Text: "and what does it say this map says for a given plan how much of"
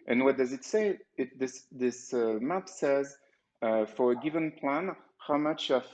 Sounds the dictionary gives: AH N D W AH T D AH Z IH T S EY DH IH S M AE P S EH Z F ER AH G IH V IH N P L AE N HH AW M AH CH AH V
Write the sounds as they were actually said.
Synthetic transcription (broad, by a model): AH N W AH T D AH Z IH T S EY DH IH S M AE P S EH Z F ER AH G IH V IH N P L AE N HH AW M AH CH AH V